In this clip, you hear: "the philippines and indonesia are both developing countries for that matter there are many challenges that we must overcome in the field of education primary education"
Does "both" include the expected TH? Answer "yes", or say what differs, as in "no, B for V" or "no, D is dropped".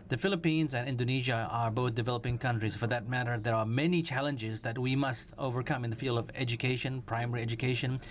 yes